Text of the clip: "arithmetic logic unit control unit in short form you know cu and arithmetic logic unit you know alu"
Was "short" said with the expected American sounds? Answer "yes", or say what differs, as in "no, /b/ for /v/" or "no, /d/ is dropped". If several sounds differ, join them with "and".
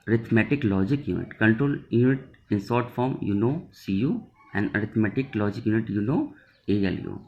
no, /s/ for /ʃ/